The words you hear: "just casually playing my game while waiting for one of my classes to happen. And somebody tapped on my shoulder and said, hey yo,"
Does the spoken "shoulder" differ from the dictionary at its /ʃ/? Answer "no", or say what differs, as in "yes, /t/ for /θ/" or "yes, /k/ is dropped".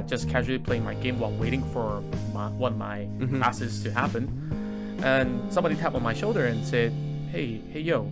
no